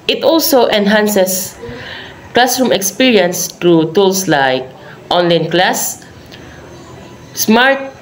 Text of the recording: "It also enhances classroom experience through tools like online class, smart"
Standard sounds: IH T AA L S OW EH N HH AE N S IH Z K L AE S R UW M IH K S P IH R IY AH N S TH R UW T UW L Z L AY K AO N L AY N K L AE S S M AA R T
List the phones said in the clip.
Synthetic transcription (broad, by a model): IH T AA L S OW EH N HH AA N S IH S K L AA S R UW M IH K S P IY R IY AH N S T R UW T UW L S L AY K AO N L AY N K L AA S S M AA R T